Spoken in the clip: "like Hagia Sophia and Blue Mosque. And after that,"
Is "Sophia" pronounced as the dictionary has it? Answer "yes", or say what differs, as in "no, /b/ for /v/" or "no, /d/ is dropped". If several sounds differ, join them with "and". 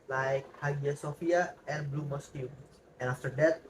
yes